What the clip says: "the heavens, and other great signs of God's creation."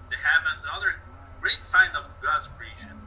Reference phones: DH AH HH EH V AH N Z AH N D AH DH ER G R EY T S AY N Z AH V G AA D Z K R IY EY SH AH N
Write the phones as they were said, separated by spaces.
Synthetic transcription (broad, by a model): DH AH HH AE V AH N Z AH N AH DH ER G R EY T S AY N AH V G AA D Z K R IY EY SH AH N